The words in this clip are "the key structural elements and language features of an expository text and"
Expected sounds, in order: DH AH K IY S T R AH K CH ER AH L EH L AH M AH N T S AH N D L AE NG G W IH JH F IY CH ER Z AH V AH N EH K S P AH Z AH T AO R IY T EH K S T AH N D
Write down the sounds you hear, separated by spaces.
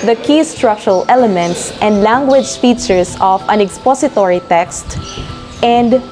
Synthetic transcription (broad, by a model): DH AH K IY S T R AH K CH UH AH L EH L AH M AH N T S AH N D L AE NG G W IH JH F IY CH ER S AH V AH N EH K S P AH S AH T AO R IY T EH K S T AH N D